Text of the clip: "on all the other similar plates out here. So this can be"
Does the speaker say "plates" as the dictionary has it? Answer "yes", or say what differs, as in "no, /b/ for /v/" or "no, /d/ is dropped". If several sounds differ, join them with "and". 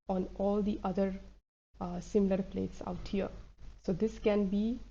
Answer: yes